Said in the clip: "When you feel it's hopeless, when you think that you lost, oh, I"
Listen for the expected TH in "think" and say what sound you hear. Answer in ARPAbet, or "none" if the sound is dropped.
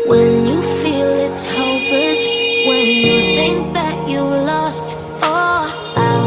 TH